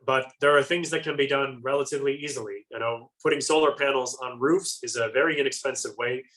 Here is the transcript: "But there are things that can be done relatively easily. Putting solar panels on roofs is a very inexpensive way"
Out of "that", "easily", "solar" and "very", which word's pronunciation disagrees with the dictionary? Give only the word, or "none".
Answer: easily